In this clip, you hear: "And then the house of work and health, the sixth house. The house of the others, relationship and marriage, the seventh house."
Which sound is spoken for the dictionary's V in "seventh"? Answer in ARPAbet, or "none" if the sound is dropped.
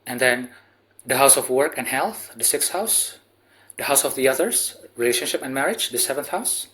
V